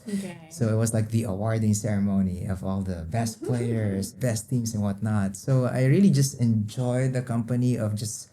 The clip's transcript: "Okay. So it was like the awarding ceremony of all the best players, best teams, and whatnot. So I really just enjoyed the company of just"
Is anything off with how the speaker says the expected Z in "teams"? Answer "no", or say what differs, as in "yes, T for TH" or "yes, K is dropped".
yes, S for Z